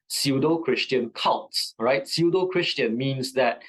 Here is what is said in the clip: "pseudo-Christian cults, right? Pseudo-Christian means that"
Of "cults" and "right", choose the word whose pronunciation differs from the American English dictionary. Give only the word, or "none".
cults